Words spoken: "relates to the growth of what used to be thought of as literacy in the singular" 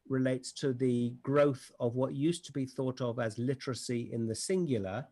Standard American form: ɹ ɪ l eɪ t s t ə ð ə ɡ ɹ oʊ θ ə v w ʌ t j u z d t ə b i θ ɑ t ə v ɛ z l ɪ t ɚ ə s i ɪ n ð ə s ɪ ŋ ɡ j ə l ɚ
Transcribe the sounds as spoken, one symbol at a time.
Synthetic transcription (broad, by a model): ɹ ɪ l eɪ t s t ə ð ə ɡ ɹ oʊ θ ə v w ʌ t j u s t ə b i θ ɑ t ə v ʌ z l ɪ t ɚ ə s i ɪ n ð ə s ɪ ŋ ɡ j l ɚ